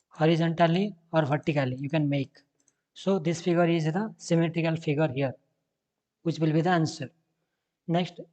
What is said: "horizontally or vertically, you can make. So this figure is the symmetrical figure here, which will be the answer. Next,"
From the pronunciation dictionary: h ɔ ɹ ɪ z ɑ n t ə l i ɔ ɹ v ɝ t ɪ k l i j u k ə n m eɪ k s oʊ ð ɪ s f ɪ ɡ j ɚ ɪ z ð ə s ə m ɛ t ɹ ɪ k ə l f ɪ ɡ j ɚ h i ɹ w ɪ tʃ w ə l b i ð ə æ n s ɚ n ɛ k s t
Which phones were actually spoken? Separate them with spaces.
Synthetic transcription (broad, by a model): h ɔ ɹ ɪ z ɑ n t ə l i ɔ ɹ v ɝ t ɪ k l i j u k ə n m eɪ k s oʊ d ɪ s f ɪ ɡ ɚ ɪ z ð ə s ə m ɛ t ɹ ɪ k ə l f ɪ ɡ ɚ h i ɹ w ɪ tʃ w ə l b i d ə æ n s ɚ n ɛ k s t